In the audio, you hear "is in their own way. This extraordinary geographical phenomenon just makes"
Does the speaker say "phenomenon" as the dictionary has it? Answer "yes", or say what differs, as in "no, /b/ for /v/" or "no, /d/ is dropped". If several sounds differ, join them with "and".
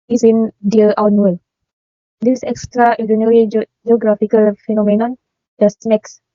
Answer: yes